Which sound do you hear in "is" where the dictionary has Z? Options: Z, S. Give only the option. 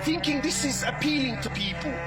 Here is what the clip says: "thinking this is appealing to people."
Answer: Z